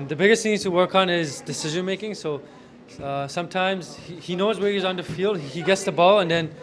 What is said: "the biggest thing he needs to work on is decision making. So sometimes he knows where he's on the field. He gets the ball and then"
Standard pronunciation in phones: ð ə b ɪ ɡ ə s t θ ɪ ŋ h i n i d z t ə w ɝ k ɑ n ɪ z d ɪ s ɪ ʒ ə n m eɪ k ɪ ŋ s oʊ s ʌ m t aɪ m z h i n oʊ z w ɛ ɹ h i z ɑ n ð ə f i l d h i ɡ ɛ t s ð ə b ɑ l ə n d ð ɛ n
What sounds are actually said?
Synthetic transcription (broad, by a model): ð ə b ɪ ɡ ə s t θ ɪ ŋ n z t ə w ɝ k n ɪ z d ɪ s ɪ ʒ ə n m eɪ k ɪ ŋ s oʊ s ʌ m t aɪ m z h i n oʊ z w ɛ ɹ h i z n ð ə f i l d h i ɡ ɛ t s ð ə b ɑ l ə n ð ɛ n